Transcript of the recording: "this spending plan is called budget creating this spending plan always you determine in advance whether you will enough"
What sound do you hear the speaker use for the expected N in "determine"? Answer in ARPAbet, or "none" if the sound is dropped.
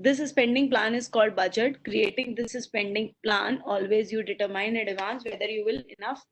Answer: none